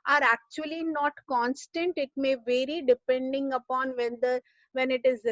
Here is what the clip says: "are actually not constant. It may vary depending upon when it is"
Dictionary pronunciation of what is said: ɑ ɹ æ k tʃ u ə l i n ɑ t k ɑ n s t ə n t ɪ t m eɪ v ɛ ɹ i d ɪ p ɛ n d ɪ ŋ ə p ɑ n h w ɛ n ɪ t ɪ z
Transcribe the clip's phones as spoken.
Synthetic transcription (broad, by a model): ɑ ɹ æ k tʃ u ə l i n ɑ t k ɑ n s t ə n t ɪ t m eɪ v ɛ ɹ i d ɪ p ɛ n d ɪ ŋ ə p ɑ n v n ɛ n ɪ t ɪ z